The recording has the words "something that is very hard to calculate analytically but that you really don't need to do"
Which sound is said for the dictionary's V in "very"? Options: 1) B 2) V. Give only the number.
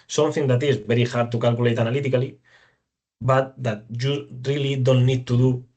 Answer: 1